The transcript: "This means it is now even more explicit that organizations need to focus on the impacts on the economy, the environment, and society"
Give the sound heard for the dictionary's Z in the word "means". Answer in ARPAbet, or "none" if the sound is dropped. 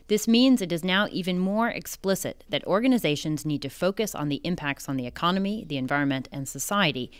Z